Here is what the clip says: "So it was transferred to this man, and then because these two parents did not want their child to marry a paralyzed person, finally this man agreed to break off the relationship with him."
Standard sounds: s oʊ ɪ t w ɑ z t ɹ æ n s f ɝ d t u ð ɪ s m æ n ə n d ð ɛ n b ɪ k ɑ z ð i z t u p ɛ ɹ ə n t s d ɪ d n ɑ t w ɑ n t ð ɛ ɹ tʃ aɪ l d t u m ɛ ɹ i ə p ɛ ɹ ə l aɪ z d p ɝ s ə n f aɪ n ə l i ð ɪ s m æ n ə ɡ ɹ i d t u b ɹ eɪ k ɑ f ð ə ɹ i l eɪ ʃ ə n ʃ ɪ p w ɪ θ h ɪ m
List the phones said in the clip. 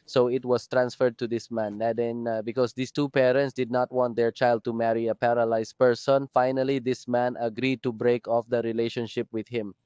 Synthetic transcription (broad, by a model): s oʊ ɪ t w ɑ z t ɹ æ n s f ɝ d t u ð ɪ s m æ n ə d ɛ n b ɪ k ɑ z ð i s t u p ɛ ɹ ə n t s d ɪ d n ɑ t w ɑ n t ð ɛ ɹ tʃ aɪ l d t u m ɛ ɹ i ə p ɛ ɹ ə l aɪ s p ɝ s ə n f aɪ n ə l i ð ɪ s m æ n ə ɡ ɹ i d t u b ɹ eɪ k ɑ f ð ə ɹ i l eɪ ʃ ə n ʃ ɪ p w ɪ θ h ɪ m